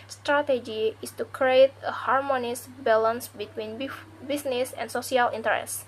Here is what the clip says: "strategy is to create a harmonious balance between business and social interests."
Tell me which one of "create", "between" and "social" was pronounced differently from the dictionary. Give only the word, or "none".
social